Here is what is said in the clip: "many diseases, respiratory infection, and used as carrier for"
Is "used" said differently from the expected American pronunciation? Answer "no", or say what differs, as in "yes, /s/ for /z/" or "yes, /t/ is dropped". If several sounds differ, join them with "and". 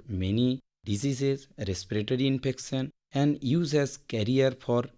yes, /d/ is dropped